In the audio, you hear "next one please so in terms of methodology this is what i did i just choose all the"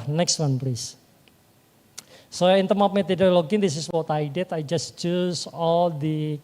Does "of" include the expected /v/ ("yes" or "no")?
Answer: no